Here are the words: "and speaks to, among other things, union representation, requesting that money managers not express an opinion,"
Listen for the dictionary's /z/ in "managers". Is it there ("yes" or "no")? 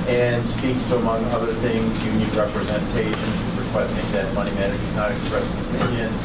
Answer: no